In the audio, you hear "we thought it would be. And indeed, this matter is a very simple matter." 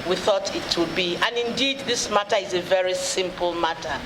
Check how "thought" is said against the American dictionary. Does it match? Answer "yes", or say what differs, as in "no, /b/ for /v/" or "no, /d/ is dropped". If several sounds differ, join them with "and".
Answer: yes